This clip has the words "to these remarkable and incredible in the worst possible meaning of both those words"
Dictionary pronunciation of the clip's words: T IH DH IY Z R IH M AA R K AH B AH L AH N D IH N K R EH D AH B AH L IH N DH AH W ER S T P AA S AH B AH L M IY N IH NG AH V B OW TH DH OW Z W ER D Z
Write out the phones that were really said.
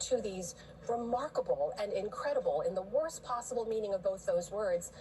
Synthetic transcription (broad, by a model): T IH DH IY Z R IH M AA R K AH B L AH N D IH N K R EH D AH B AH L IH N DH AH W ER S P AA S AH B L M IY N IH NG AH V B OW TH DH OW Z W ER D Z